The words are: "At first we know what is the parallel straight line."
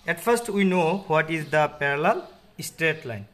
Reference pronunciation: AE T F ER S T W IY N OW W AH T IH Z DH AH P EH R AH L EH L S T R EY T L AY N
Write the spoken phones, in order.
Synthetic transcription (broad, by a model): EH T F ER S T W IY N OW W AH T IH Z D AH P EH R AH L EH L S T R EY T L AY N